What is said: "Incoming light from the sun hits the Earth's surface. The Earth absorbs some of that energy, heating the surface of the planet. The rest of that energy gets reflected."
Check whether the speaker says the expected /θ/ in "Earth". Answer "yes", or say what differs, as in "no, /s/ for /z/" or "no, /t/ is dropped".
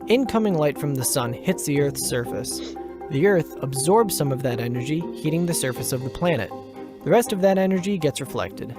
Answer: yes